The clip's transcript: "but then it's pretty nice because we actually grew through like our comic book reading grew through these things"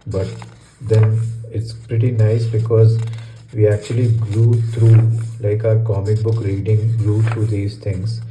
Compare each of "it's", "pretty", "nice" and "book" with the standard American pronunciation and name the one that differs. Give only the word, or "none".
none